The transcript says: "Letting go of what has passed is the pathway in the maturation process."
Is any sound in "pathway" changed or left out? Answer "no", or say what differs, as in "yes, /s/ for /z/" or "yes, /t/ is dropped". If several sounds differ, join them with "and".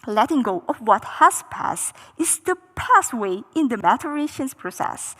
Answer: yes, /s/ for /θ/